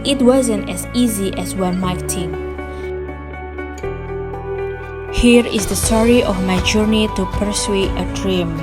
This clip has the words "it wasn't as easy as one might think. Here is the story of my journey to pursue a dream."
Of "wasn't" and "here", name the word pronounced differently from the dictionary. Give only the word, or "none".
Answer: none